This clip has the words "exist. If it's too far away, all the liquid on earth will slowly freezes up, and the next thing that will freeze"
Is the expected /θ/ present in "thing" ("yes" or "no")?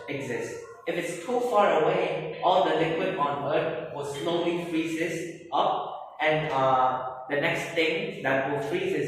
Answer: no